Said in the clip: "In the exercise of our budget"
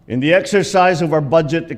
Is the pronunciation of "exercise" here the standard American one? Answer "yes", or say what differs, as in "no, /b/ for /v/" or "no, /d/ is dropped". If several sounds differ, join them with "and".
yes